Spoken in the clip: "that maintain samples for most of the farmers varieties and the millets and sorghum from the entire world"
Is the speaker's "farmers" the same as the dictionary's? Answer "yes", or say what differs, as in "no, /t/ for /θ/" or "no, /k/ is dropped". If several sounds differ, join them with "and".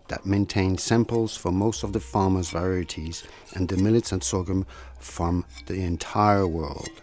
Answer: yes